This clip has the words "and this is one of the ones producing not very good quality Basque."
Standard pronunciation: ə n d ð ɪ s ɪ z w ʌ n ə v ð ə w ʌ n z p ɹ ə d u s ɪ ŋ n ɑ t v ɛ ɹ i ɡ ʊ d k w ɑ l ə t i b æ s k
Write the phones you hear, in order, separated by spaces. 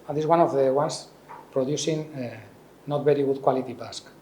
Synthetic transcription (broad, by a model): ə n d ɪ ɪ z w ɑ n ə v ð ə w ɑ n s p ɹ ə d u s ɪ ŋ n ɑ t b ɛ ɹ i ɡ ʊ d k w ɑ l ə t i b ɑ s k